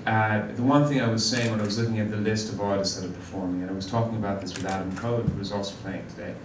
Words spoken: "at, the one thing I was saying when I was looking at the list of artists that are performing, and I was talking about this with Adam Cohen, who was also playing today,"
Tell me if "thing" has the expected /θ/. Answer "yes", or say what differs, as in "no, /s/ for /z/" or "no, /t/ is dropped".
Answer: yes